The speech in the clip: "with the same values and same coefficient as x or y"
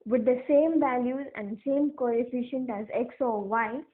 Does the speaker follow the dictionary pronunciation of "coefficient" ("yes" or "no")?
yes